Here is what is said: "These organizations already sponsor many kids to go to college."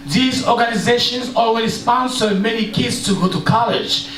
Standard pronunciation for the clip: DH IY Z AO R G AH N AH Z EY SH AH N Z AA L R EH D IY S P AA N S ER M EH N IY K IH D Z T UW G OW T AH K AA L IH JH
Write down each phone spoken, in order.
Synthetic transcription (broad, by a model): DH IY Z AO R G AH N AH Z EY SH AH N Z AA L W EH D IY S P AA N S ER M EH N IY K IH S T UW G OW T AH K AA L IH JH